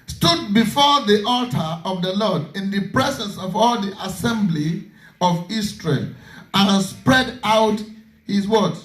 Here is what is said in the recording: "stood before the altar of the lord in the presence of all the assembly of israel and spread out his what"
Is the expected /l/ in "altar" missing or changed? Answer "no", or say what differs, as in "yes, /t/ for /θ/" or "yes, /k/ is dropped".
no